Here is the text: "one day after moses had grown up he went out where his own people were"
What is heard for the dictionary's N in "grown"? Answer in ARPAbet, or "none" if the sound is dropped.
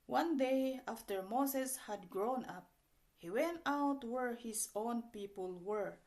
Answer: N